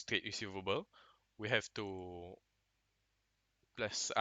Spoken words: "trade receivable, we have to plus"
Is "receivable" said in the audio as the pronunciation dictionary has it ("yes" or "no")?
yes